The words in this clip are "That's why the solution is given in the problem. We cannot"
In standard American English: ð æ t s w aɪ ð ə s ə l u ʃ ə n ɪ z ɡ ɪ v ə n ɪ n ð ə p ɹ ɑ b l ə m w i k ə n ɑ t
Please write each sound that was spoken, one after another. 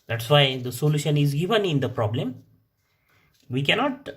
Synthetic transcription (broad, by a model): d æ t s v aɪ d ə s ə l u ʃ ə n ɪ z ɡ ɪ v ə n ɪ n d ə p ɹ ɑ b l ə m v i k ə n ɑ t